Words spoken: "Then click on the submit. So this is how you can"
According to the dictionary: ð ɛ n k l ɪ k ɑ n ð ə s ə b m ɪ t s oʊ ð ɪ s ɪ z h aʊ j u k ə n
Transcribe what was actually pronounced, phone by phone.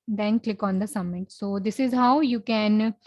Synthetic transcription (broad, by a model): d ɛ n k l ɪ k ɑ n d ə s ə m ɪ t s oʊ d ɪ s ɪ z h aʊ j u k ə n